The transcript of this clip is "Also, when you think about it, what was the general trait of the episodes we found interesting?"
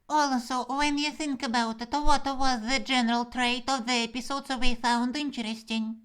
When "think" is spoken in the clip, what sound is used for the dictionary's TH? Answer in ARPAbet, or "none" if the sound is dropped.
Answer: TH